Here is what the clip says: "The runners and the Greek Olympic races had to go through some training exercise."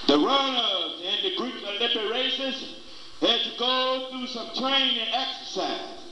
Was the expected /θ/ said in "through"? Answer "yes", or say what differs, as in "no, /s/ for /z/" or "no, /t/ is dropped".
yes